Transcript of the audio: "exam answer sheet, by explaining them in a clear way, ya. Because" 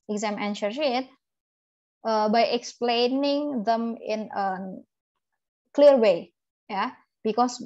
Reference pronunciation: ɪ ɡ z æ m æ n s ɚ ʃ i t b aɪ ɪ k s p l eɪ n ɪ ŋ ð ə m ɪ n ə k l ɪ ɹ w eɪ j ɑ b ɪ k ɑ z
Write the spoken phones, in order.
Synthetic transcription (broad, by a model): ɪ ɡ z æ m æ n ʃ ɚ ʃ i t b aɪ ɪ k s p l eɪ n ɪ ŋ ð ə m ɪ n ə k l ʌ ɹ w eɪ j ɑ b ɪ k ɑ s